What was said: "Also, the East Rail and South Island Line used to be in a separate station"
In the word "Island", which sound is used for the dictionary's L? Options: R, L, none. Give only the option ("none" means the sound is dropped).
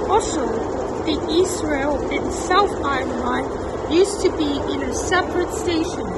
none